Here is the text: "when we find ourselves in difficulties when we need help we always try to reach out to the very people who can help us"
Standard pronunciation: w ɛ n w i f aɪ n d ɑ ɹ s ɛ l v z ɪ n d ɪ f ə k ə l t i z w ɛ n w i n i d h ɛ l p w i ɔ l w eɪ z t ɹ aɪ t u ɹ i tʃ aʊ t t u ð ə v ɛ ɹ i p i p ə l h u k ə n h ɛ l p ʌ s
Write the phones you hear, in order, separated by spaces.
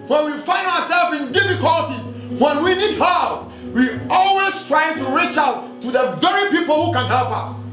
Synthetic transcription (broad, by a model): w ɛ n w i f aɪ n d ɑ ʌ s ɛ l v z ɪ n d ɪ f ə k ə l t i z w ɛ n w i n i d h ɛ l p w i ɔ l w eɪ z t ɹ aɪ t u ɹ i tʃ aʊ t t u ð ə v ɛ ɹ i p i p ə l h u k ə n h ɛ l p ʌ s